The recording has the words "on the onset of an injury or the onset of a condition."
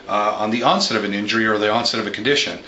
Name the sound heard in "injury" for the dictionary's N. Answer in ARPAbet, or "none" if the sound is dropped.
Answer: N